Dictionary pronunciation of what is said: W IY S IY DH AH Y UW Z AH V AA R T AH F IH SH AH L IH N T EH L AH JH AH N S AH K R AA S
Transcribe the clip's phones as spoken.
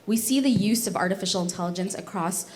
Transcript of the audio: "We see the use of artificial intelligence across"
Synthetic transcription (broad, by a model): W IY S IY DH AH Y UW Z AH V AA R T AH F IH SH L IH N T EH L AH JH AH N S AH K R AA S